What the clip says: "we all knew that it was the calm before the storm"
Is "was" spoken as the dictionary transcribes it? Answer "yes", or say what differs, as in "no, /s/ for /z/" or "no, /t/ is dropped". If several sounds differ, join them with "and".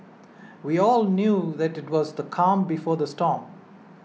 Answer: yes